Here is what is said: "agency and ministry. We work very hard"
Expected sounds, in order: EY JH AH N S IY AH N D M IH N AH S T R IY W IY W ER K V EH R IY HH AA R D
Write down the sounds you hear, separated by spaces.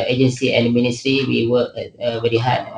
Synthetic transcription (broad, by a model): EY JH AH N S IY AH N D M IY N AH S T R IY W IY W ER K B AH L IY HH AA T